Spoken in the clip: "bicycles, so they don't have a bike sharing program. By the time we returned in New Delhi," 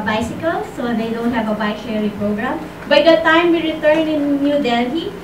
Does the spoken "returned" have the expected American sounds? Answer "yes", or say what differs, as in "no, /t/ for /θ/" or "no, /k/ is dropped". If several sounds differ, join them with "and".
no, /d/ is dropped